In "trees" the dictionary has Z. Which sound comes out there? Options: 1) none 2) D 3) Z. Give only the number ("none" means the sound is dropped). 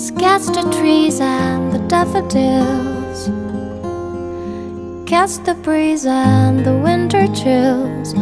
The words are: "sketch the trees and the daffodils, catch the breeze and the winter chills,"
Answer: 3